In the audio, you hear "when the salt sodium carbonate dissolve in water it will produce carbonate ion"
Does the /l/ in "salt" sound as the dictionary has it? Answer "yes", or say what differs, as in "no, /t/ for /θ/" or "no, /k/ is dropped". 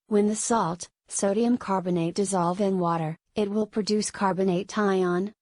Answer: yes